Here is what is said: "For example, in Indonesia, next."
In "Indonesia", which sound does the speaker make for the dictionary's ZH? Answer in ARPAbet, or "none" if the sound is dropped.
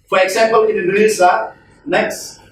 Z